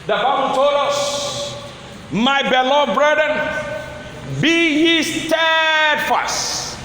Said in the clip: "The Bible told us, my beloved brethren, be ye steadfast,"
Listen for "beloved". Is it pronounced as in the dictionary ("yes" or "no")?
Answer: no